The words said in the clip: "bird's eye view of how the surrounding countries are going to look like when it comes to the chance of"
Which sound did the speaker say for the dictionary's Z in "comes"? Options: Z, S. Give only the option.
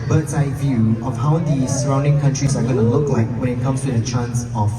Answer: S